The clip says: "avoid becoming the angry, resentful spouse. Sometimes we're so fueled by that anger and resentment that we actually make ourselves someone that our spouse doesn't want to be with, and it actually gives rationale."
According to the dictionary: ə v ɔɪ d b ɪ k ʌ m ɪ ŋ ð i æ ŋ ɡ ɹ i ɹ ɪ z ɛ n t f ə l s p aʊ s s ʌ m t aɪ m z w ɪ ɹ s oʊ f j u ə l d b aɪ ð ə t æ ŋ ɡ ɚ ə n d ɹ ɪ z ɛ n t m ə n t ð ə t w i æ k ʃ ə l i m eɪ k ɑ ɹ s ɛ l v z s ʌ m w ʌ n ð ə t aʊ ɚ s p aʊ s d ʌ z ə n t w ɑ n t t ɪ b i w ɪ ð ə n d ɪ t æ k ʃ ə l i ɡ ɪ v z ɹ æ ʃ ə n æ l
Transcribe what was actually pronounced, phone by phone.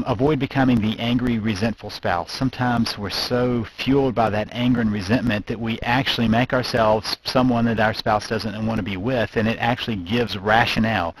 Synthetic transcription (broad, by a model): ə v ɔɪ d b ɪ k ʌ m ɪ ŋ ð i æ ŋ ɡ ɹ i ɹ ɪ z ɛ n t f l s p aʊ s s ʌ m t aɪ m z w ɪ ɹ s oʊ f j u l d b aɪ ð ə t æ ŋ ɡ ɚ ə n ɹ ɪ z ɛ n m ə n ð ə t w i æ k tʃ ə l i m eɪ k ɑ ɹ s ɛ l v z s ʌ m w ʌ n ð ə t aʊ ɚ s p aʊ s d ʌ z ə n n w ɑ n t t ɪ b i w ɪ ð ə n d ɪ t æ k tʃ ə l i ɡ ɪ v z ɹ æ ʃ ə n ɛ l